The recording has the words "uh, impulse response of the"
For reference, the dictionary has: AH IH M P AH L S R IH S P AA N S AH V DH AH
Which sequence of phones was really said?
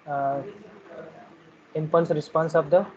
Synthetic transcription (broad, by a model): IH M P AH N S R IH S P AA N S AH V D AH